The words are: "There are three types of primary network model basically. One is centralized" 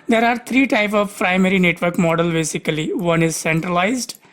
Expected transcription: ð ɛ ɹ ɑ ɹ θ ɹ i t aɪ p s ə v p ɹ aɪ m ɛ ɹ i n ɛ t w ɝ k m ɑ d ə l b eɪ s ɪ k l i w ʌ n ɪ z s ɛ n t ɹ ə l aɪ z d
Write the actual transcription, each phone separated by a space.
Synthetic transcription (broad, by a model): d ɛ ɹ ɑ ɹ t ɹ i t aɪ p s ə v p ɹ aɪ m ɛ ɹ i n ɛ t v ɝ k m ɑ d ə l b eɪ s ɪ k l i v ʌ n ɪ z s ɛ n t ɹ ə l aɪ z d